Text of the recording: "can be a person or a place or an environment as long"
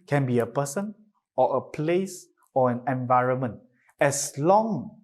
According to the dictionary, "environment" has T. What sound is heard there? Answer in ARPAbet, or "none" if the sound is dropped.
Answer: T